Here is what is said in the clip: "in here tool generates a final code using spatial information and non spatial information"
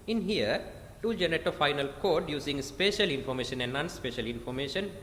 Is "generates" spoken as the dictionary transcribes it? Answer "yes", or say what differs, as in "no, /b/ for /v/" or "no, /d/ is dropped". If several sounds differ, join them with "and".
no, /s/ is dropped